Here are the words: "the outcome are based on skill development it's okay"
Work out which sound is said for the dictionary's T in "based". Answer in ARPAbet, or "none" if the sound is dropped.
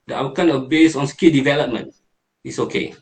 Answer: none